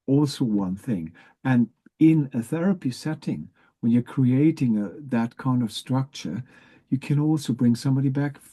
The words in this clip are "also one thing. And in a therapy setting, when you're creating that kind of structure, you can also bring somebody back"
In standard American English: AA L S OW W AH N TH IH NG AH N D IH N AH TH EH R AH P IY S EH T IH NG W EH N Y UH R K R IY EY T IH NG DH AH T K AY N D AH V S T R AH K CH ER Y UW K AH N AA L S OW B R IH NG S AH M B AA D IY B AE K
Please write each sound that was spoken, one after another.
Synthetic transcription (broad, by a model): AA L S OW W AH N TH IH NG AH N IH N AH TH EH R AH P IY S EH T IH NG W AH N Y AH R K R IY EY T IH NG DH AH T K AY N D AH V S T R AH K CH ER Y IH K AH N AA L S OW B R IH NG S AH M B AA D IY B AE K